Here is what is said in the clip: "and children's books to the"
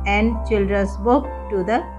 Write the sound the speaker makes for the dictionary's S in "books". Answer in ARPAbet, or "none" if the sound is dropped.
none